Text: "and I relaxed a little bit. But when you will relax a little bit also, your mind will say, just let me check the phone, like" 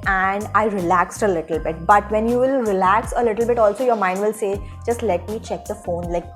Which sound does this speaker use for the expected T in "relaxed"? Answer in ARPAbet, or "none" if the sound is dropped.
T